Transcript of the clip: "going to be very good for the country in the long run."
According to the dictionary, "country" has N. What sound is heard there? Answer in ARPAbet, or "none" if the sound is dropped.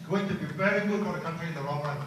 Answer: N